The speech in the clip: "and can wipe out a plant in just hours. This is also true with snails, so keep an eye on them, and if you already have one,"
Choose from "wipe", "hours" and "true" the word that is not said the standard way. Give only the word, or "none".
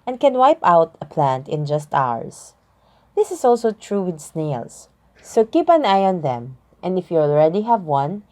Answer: hours